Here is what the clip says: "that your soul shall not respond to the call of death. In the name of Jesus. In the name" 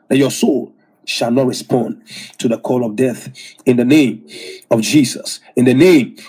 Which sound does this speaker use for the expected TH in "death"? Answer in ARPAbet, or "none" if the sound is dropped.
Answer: TH